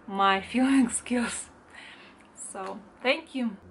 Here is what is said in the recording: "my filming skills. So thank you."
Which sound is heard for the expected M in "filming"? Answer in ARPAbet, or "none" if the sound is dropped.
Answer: none